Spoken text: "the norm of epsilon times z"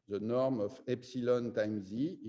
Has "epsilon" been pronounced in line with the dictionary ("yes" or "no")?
yes